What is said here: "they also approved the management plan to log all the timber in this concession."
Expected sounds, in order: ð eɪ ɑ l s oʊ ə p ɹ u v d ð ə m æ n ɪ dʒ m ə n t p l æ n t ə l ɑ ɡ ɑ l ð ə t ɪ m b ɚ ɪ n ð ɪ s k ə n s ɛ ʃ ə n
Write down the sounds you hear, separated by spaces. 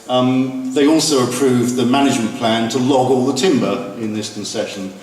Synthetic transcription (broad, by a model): ð eɪ ɑ l s oʊ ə p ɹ u v ð ə m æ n ɪ dʒ m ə n p l æ n t ə l ɑ ɡ ɑ l ð ə t ɪ m b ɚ ɪ n ð ɪ s k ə n s ɛ ʃ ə n